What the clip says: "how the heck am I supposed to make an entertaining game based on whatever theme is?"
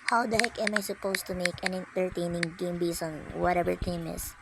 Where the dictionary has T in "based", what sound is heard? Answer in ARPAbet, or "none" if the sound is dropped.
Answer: none